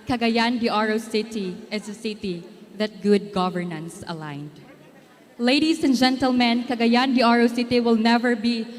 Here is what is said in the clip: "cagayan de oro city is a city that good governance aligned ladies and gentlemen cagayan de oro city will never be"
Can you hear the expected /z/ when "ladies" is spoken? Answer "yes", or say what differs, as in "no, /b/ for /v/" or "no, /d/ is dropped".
no, /s/ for /z/